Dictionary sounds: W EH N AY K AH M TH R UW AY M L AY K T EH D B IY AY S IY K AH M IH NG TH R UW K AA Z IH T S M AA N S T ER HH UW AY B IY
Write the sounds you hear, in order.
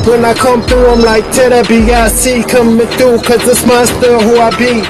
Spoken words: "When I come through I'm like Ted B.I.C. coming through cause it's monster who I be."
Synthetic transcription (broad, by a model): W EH N AY K AH M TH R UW AY M L AY K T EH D B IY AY S IY K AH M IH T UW K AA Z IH S M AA S T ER HH UW AY B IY